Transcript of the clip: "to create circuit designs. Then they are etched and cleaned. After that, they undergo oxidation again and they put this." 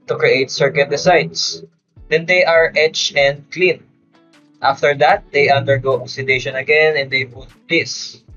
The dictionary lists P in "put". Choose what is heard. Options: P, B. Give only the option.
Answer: B